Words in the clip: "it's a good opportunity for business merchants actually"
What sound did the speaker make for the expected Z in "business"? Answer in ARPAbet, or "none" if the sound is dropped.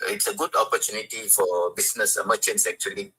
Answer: S